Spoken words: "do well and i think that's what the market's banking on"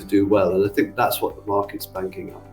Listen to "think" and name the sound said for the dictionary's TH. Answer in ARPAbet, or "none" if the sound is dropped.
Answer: TH